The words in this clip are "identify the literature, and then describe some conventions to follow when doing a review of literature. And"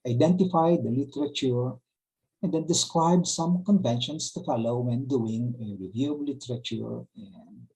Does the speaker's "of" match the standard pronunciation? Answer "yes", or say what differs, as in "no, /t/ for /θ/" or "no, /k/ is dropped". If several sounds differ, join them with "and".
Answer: no, /b/ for /v/